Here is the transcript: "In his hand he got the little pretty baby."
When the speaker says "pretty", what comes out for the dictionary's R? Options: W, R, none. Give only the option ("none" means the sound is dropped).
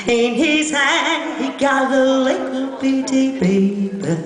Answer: none